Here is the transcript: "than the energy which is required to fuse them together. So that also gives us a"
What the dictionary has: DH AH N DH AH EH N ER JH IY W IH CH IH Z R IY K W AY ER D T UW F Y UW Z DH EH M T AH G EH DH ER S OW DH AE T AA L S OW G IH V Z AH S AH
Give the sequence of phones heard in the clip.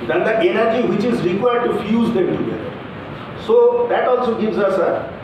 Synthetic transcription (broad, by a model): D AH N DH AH EH N ER JH IY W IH CH IH Z R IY K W AY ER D T UW F Y UW Z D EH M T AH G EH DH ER S OW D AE T AA L S OW G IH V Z AH S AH